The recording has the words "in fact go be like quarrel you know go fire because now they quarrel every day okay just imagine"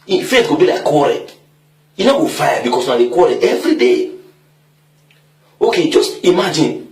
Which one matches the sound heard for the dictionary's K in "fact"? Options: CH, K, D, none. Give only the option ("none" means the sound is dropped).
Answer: none